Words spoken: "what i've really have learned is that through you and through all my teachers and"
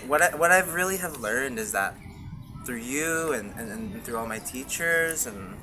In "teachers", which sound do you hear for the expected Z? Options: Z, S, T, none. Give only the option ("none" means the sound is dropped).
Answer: Z